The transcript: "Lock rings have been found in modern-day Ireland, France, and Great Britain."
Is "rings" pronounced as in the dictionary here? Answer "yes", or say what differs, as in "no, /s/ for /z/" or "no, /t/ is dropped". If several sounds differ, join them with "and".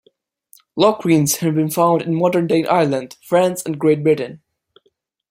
no, /w/ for /ɹ/